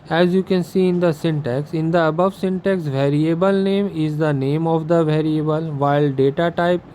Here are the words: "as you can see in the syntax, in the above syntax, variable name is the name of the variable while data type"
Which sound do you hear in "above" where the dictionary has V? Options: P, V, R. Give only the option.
V